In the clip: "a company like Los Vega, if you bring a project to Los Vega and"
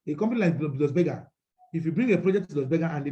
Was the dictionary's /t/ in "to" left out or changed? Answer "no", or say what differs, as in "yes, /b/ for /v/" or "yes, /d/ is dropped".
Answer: yes, /s/ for /t/